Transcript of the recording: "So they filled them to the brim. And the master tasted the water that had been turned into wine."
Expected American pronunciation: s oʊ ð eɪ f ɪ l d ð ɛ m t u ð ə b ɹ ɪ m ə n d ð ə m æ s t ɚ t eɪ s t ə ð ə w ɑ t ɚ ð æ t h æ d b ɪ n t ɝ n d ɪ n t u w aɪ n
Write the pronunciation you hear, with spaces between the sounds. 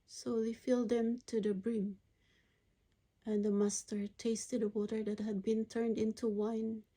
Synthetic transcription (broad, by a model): s oʊ ð eɪ f ɪ l d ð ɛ m t u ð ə b ɹ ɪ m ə n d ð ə m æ s t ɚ t eɪ s t ə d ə w ɑ t ɚ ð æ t h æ d b ɪ n t ɝ n d ɪ n t u w aɪ n